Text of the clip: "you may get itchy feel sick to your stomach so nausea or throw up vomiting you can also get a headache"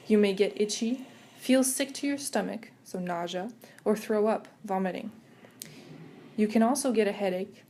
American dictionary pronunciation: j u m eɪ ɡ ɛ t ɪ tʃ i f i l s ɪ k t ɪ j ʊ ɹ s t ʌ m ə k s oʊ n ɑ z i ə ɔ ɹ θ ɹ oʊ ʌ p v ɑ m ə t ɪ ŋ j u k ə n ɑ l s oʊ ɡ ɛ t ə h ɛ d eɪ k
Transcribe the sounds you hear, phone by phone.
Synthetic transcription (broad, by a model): j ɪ m eɪ ɡ ɛ t ɪ tʃ i f i l s ɪ k t ɪ j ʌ ɹ s t ʌ m ə k s oʊ n ɑ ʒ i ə ɹ θ ɹ oʊ ʌ p v ɑ m ə t ɪ ŋ j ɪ k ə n ɑ l s oʊ ɡ ɛ t ə h ɛ d eɪ k